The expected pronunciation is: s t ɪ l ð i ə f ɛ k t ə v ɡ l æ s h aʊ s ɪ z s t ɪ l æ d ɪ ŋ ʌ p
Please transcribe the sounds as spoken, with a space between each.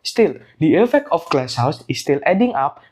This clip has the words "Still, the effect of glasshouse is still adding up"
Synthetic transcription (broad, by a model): s t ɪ l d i ə f ɛ k t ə f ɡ l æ s h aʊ s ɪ s t ɪ l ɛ d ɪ ŋ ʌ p